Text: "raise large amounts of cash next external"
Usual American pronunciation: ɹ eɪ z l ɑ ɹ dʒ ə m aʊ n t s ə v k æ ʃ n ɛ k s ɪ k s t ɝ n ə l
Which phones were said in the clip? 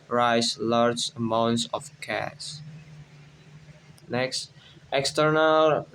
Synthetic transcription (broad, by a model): ɹ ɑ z l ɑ ɹ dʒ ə m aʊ n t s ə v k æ s n ɛ k s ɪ k s t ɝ n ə l